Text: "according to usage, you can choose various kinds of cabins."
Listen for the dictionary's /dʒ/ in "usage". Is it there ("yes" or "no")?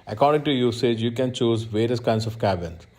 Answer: yes